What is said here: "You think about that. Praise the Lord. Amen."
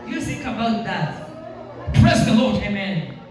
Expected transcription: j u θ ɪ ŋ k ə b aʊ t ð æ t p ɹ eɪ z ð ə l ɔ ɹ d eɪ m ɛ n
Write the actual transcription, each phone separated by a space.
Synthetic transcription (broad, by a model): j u s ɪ k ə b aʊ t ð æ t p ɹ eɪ s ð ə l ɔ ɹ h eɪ m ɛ n